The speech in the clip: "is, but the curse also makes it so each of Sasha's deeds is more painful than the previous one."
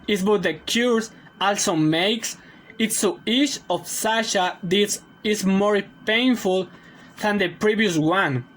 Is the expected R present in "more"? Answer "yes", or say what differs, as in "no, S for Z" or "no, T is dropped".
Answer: yes